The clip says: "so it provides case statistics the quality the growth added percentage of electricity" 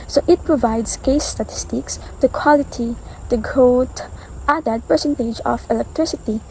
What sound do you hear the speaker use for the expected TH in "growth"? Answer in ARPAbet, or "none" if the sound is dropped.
T